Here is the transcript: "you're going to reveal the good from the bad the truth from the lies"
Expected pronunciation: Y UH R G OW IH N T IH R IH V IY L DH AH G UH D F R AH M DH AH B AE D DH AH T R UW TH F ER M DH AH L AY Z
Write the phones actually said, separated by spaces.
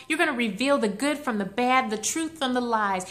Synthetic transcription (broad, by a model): Y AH R G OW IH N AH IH R IH V IY L DH AH G UH D F R AH M DH AH B AE D DH AH T R UW TH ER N DH AH L AY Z